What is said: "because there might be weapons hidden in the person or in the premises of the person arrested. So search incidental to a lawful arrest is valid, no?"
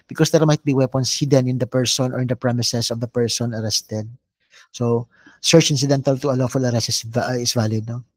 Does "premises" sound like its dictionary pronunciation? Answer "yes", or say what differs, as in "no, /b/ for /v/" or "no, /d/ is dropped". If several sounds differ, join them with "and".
no, /s/ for /z/